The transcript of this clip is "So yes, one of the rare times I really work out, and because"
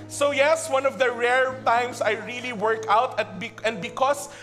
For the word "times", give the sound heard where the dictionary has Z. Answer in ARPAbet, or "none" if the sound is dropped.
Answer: S